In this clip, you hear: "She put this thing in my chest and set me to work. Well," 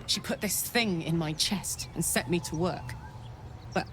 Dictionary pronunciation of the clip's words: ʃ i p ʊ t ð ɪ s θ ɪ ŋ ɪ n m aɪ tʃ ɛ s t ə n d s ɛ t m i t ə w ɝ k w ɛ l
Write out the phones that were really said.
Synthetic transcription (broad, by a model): ʃ i p ʊ t ð ɪ s θ ɪ ŋ ɪ n m aɪ tʃ ɛ s t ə n s ɛ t m i t ə w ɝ k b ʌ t